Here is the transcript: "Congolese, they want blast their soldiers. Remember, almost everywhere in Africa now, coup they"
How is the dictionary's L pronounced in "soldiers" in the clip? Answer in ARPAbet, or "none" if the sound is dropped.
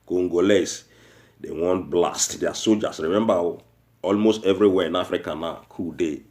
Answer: none